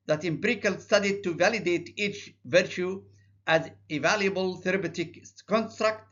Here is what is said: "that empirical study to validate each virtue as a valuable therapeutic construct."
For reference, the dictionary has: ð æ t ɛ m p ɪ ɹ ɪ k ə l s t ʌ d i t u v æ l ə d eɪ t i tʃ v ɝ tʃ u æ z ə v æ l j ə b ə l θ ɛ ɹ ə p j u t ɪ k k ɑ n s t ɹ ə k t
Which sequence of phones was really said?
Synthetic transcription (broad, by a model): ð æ t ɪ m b ɹ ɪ k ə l s t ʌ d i t u v æ l ə d eɪ t i tʃ v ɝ tʃ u æ z ə v æ l j ə b ə l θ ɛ ɹ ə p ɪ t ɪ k k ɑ n s t ɹ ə k t